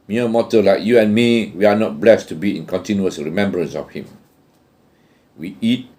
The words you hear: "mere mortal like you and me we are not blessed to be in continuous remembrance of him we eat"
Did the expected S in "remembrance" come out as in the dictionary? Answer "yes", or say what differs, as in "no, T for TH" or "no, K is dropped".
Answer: yes